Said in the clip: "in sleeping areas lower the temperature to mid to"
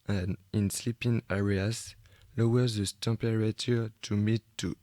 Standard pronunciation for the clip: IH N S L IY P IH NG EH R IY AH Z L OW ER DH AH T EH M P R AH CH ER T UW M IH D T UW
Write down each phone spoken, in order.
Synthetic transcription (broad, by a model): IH N S L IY P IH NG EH R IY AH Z L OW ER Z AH T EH P R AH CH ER T UW M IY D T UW